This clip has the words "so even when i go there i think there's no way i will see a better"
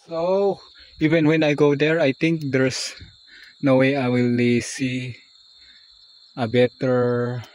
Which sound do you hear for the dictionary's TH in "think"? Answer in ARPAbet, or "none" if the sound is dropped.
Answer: T